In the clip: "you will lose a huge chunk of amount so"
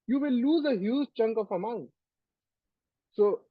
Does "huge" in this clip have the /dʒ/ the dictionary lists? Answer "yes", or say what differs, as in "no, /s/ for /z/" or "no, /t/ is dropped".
no, /z/ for /dʒ/